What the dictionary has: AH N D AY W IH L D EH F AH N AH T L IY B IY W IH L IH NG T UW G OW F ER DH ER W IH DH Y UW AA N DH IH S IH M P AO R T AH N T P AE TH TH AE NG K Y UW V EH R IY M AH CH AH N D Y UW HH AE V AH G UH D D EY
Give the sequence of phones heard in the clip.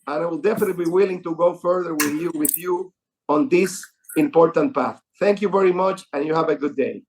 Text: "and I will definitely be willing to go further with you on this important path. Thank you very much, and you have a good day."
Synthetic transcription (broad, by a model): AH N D AY W IH L D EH F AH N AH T B IY W IH L IH NG T UW G OW F ER DH ER W IH DH Y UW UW N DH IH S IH M P AO R T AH N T P AE TH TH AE NG K Y UW V EH R IY M AH CH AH N Y UW HH AE V AH G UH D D EY